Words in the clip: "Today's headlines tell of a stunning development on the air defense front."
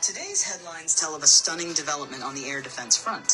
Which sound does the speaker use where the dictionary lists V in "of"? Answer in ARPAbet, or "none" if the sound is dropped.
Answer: V